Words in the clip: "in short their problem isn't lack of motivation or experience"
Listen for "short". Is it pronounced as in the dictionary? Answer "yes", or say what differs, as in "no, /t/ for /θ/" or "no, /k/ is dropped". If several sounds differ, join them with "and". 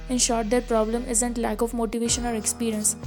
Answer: yes